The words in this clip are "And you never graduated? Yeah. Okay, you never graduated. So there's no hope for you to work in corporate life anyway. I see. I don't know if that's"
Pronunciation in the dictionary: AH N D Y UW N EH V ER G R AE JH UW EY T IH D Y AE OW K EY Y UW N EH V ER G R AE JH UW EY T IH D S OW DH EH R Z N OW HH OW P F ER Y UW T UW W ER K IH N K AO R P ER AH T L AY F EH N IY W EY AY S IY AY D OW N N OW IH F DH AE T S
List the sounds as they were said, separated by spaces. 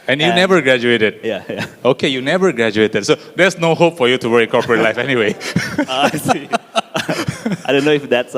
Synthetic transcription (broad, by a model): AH N Y UW N EH V ER G R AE JH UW EY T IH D Y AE OW K EY Y UW N EH V ER G R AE JH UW EY T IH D S OW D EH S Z N OW HH OW P F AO Y UW T UW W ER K IH N K AO R P ER AH T L AY F EH N IY W EY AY S IY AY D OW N N OW IH F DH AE T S